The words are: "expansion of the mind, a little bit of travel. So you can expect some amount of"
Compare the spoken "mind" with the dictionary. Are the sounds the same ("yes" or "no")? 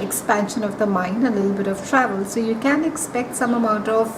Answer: no